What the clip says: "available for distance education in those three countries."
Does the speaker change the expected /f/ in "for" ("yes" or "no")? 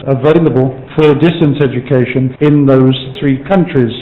no